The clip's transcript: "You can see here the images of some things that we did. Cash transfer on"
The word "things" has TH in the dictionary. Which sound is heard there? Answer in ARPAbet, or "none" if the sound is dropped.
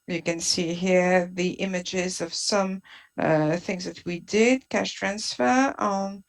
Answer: TH